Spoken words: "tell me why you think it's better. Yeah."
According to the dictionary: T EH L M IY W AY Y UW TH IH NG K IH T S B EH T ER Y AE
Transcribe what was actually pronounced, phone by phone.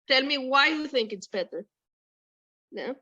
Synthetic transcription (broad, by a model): T EH L M IY W AY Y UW TH IH NG K IH T S B EH T ER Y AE